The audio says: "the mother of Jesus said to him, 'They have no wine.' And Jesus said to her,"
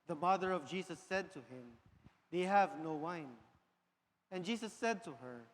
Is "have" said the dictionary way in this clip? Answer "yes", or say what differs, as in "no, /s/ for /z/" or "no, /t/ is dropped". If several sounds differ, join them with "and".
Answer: yes